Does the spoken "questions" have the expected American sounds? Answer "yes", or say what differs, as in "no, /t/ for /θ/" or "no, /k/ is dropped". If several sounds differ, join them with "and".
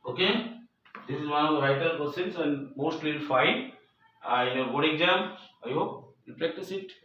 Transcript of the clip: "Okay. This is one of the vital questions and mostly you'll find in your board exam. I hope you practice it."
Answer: no, /tʃ/ is dropped